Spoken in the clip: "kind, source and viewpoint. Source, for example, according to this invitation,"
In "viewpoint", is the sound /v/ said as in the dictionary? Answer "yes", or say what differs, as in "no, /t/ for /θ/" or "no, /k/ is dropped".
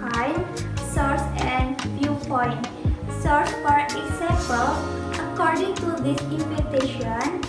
no, /f/ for /v/